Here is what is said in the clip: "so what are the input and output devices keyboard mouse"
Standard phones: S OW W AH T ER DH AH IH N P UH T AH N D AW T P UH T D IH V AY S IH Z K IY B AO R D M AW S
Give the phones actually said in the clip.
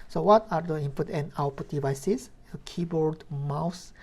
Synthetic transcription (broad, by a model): S OW W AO T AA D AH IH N P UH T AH N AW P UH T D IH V AY S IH S K IY B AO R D M AW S